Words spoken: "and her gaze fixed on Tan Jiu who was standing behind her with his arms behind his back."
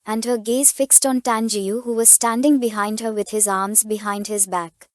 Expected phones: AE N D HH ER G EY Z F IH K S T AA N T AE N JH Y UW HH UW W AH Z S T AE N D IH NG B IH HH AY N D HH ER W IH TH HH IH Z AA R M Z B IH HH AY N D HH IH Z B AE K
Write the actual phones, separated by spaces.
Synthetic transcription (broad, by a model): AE N D HH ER G EY Z F IH K S T AA N T AE N JH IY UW HH UW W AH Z S T AE N D IH NG B IH HH AY N D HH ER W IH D HH IH Z AA R M Z B IH HH AY N D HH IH Z B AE K